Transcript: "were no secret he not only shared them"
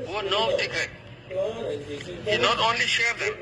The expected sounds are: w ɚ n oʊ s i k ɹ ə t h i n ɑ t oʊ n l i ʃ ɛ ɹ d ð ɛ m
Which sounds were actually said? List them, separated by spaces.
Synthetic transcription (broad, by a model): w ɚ n oʊ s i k ə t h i n ɑ t oʊ n l i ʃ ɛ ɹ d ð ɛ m